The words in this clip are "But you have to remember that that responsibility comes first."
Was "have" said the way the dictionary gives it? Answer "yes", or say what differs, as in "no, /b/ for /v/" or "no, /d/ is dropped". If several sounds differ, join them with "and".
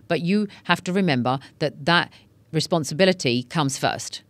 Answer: no, /f/ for /v/